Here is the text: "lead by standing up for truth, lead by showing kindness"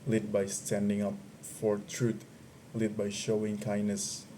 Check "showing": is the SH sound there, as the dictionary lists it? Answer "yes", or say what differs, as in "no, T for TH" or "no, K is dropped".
yes